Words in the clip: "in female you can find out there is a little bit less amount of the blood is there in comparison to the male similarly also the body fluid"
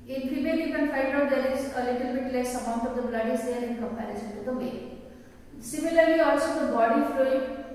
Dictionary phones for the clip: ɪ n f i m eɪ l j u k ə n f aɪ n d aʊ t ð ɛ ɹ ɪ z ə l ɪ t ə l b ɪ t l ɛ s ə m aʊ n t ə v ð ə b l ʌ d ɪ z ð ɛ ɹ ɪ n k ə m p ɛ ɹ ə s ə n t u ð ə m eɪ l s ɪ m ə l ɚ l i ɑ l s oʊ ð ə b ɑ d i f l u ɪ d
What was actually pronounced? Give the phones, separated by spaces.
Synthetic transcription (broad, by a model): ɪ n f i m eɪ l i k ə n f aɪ d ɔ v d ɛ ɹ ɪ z ə l ɪ t ə l b ɪ t l ɛ s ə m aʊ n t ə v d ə b l ʌ d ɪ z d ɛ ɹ ɪ n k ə m p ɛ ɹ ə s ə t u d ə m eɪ s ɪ m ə l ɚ l i ɑ l s oʊ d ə b ɑ d i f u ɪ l